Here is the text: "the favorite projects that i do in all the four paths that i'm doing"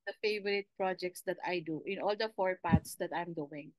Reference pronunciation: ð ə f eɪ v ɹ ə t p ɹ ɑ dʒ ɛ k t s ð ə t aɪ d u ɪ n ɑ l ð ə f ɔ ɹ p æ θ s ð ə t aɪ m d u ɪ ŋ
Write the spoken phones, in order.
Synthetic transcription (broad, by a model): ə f eɪ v ɹ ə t p ɹ ɑ dʒ ɛ k t s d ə t aɪ d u ɪ n ɑ l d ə f ɔ ɹ p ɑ t s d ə t aɪ m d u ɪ ŋ